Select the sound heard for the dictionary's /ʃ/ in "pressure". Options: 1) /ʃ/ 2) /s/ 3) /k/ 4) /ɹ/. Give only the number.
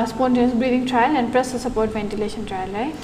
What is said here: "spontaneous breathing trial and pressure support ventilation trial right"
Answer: 2